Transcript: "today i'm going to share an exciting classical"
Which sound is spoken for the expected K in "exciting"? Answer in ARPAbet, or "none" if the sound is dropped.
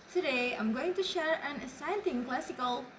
none